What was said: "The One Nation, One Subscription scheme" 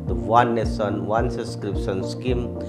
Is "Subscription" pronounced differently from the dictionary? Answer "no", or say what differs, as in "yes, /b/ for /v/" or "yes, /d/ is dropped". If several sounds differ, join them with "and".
yes, /b/ is dropped